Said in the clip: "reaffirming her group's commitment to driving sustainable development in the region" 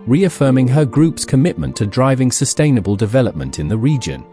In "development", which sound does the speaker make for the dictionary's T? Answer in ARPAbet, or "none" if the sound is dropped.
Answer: T